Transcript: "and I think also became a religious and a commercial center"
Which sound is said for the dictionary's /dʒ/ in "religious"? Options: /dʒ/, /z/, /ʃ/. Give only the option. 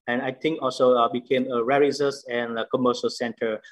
/z/